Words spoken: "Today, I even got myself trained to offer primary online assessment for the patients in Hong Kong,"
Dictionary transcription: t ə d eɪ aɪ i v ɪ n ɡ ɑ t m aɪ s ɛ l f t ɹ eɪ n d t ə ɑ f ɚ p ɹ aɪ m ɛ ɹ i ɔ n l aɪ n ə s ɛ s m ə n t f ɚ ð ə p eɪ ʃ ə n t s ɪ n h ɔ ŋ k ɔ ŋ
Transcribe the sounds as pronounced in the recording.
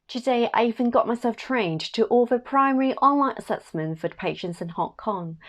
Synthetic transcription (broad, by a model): t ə d eɪ aɪ i v ɪ n ɡ ɑ t m aɪ s ɛ l f t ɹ eɪ n t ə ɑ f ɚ p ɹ aɪ m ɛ ɹ i ɔ n l aɪ n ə s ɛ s m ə n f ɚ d p eɪ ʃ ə n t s ɪ n h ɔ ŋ k ɔ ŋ